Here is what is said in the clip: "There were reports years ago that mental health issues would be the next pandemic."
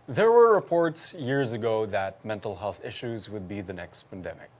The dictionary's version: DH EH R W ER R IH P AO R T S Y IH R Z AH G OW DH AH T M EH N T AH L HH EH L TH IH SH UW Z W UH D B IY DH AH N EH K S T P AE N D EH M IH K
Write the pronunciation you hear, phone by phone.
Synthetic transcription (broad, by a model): DH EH R W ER R IH P AO R T S Y IH R Z AH G OW DH AH T M EH N T L HH EH L TH IH SH UW Z W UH D B IY DH AH N EH K S T P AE N D EH M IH K